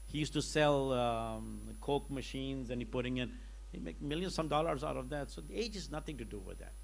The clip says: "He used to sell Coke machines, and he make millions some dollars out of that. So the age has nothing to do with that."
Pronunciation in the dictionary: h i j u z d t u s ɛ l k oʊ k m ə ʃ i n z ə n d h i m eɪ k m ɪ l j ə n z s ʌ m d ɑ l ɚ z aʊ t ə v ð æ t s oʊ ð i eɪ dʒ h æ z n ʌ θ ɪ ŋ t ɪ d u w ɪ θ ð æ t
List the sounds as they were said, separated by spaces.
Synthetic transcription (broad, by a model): h i j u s t u s ɛ l k oʊ k m ə ʃ i n z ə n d h i m eɪ k m ɪ l j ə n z s ʌ m d ɑ l ɚ z aʊ t ə v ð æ t s oʊ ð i eɪ dʒ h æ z n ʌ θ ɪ ŋ t ɪ d u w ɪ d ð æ t